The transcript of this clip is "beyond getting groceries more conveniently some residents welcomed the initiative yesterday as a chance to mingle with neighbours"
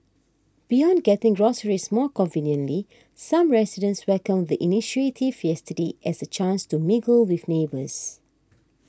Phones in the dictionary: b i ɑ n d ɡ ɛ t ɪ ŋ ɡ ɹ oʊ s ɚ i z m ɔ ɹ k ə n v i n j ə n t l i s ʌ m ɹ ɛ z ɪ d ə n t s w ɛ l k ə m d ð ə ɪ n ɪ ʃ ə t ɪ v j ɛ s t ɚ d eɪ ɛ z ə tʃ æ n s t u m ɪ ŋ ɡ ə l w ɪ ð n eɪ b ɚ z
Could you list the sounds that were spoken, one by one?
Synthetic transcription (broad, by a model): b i ɑ n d ɡ ɛ t ɪ ŋ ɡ ɹ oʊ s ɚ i s m ɔ k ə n v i n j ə n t l i s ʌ m ɹ ɛ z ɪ d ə n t s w ɛ k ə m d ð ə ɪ n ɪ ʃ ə t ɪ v j ɛ s t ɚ d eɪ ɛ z ə tʃ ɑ n s t u m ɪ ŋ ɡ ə l w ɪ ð n eɪ b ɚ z